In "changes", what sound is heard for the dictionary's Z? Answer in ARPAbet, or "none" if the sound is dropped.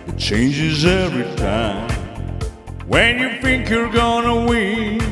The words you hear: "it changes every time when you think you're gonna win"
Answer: Z